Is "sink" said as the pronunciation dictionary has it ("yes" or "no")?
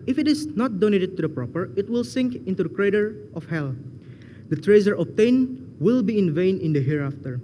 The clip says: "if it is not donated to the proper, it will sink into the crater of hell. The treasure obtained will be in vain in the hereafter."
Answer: yes